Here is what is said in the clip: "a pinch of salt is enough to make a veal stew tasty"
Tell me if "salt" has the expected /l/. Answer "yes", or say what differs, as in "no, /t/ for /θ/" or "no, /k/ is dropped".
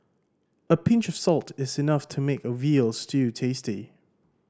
yes